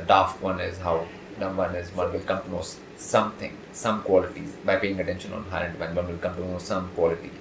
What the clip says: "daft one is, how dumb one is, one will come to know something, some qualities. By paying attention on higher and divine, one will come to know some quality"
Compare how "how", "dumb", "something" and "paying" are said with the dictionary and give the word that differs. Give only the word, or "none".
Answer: something